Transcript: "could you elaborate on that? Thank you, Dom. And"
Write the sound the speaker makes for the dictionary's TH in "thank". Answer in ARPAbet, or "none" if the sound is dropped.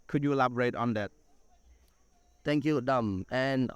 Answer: T